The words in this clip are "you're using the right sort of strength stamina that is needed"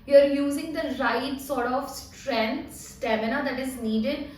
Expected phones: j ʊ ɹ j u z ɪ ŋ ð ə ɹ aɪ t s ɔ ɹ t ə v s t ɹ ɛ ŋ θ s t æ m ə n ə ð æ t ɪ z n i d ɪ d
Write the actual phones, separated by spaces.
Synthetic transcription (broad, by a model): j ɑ ɹ j u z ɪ ŋ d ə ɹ aɪ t s ɔ ɹ t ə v s t ɹ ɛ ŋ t s t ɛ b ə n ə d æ t ɪ z n i d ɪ d